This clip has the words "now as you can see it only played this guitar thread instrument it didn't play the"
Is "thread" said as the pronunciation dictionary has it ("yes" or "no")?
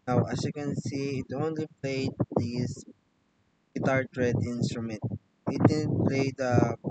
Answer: no